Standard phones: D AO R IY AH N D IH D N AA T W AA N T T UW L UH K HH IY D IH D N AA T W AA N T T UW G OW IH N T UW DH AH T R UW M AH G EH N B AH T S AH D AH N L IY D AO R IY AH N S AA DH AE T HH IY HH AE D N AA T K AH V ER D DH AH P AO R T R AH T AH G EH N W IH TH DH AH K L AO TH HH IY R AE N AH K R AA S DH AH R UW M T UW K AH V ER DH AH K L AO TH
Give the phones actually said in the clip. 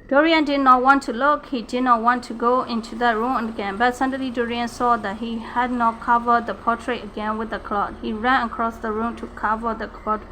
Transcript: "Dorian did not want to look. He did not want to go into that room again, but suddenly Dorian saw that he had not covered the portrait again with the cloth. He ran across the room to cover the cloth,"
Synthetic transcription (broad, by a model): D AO R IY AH N D IH D N AA T W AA N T T UW L UH K HH IY D IH D N AA T W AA N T T UW G OW IH N T UW DH AH T R UW M AH G EH N B AH T S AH D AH L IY D AO R IY AH N S AA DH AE T HH IY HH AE D N AA T K AH V ER D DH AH P AO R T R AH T AH G EH N W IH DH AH K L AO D HH IY R AE N AH K R AA S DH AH R UW M T UW K AH V ER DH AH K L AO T